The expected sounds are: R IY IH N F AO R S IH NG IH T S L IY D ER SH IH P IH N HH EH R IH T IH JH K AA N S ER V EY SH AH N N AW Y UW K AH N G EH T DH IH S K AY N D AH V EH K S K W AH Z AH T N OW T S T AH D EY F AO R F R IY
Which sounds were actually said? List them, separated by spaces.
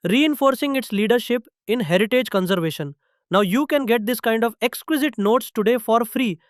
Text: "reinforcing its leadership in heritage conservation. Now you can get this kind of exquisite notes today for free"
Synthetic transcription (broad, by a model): R IY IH N F AO R S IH NG IH T S L IY D ER SH IH P IH N HH EH R IH T IH JH K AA N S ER V EY SH AH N N AW Y UW K AH N G EH T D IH S K AY N D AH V EH K S K W AH Z AH T N OW T S T AH D EY F AO R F R IY